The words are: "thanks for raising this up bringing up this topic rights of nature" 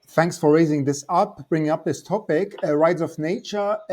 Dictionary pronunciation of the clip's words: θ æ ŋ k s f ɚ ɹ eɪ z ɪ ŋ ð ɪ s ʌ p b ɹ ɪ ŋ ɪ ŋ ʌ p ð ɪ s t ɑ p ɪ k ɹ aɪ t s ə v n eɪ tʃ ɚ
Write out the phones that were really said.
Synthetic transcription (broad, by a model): θ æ ŋ k s f ɚ ɹ eɪ z ɪ ŋ ð ɪ s ʌ p b ɹ ɪ ŋ ɪ ŋ ʌ p ð ɪ s t ɑ p ɪ k ɹ aɪ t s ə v n eɪ tʃ ɚ